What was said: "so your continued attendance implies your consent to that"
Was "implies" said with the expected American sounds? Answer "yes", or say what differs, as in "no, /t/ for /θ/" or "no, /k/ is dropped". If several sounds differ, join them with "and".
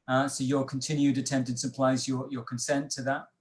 no, /m/ is dropped